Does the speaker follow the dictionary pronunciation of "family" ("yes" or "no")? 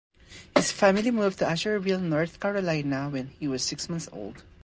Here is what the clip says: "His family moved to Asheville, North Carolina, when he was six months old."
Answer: yes